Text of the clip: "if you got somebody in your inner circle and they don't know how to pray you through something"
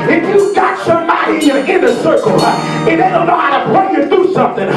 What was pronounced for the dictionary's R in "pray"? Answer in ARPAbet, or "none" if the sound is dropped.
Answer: L